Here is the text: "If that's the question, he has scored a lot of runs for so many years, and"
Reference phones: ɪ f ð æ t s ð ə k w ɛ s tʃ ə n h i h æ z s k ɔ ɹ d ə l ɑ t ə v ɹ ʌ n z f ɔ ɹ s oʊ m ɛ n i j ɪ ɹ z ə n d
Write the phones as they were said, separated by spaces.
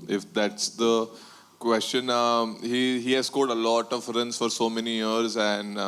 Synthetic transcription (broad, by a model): ɪ f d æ t s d ə k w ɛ s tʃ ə n h i h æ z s k ɔ l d ə l ɑ t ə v ɹ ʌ n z f ɔ ɹ s oʊ m ɛ n i j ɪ ɹ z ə n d